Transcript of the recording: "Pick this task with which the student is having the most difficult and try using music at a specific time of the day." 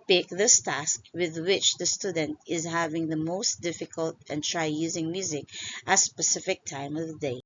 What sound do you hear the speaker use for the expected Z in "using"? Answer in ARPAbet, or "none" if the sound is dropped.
Z